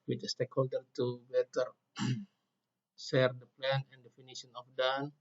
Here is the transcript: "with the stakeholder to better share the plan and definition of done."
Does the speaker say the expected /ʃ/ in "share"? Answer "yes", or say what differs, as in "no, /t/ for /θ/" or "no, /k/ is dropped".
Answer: no, /s/ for /ʃ/